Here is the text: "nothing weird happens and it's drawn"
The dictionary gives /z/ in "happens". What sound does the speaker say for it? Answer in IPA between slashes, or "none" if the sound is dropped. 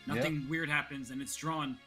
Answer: /z/